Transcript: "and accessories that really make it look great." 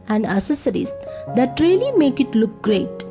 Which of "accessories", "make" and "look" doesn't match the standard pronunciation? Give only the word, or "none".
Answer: accessories